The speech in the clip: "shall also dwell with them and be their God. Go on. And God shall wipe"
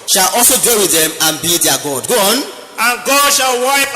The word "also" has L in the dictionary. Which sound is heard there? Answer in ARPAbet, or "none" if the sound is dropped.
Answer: none